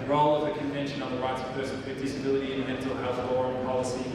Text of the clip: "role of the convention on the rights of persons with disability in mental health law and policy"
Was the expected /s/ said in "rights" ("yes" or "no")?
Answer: yes